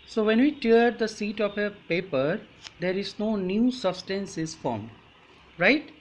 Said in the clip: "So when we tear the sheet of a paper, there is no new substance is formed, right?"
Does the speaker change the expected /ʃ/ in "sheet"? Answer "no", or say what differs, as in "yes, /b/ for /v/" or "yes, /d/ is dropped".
yes, /s/ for /ʃ/